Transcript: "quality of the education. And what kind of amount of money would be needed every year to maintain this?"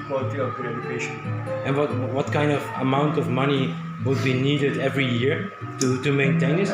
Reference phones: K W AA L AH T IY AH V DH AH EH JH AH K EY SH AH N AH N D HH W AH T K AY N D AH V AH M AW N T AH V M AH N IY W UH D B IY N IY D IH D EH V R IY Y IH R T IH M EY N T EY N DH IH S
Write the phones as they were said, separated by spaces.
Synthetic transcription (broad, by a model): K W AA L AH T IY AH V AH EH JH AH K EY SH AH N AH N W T W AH T K AY N D AH V AH M AW N T AH V M AH N IY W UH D B IY N IY D IH D EH V R IY Y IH R T IH M EY N T EY N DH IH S